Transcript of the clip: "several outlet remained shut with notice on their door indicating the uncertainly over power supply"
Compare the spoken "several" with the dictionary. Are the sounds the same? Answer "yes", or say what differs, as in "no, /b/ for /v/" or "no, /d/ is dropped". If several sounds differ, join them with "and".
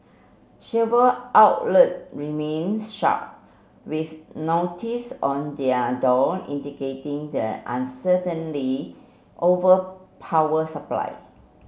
no, /ʃ/ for /s/ and /ɹ/ is dropped